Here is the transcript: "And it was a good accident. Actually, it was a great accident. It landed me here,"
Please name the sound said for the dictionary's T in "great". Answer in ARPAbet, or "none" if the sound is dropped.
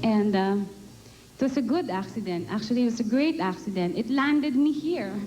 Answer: T